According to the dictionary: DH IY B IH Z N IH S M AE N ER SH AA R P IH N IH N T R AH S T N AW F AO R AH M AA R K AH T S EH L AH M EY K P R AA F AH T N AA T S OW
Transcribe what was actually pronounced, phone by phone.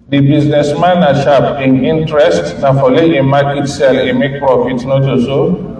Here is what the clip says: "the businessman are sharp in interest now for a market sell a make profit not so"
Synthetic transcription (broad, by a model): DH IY B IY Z N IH S M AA N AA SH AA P IH N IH N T R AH S T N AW F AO L AH M AA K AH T S EH L AH M EY K P R AA F AH T N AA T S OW